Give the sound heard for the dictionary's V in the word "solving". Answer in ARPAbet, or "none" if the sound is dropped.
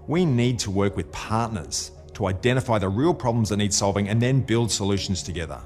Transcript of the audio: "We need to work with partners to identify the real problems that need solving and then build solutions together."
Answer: V